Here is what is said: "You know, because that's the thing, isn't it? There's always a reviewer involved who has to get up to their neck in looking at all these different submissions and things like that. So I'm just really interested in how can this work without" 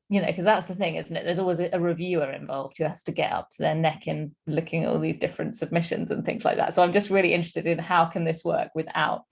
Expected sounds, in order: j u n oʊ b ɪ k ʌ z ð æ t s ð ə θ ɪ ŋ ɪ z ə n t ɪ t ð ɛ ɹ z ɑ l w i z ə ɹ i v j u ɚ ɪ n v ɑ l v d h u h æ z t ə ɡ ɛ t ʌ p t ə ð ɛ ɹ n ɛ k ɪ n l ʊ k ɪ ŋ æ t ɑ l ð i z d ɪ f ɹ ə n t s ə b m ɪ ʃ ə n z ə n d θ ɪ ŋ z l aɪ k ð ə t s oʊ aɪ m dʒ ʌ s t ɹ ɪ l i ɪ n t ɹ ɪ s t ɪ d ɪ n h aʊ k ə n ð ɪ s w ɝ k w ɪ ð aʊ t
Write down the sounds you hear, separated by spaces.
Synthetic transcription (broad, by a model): j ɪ n oʊ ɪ k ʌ z ð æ t s ð ə θ ɪ ŋ ɪ z n t ɪ t ð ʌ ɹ z ɑ l w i z ə ɹ i v j u ɚ ɪ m v ɑ l v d h u h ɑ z t ə ɡ ɛ t ʌ p t ə ð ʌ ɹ n ɛ k ɪ n l ʊ k ɪ ŋ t ɑ l ð i z d ɪ f ɹ ə n t s ə b m ɪ ʃ ə n z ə n θ ɪ ŋ z l aɪ k ð ə t s oʊ aɪ m dʒ ʌ s t ɹ ɪ l i ɪ n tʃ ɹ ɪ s t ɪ d ɪ n h aʊ k ə n ð ɪ s w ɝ k w ɪ ð aʊ t